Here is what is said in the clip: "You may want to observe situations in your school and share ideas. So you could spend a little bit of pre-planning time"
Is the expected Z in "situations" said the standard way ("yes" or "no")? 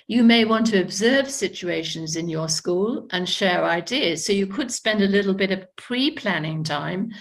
yes